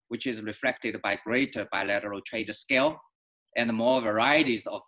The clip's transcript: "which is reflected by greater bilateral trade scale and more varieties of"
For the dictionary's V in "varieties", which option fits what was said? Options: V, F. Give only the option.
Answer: V